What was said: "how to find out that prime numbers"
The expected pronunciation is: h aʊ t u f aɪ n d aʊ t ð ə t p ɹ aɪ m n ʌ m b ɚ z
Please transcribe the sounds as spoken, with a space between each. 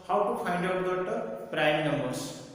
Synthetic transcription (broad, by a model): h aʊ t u p aɪ n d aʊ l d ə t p ɹ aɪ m n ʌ m b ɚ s